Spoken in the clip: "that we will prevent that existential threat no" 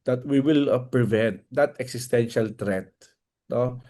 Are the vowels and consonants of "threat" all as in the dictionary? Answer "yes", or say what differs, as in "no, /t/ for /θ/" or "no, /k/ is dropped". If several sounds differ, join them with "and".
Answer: no, /t/ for /θ/